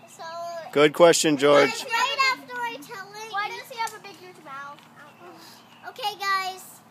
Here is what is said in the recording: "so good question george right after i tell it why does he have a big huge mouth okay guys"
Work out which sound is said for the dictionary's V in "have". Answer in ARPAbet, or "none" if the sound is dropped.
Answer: P